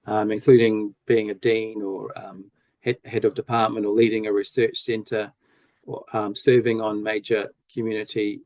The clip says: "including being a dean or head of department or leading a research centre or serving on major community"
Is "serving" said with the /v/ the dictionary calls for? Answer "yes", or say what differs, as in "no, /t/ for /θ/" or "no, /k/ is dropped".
yes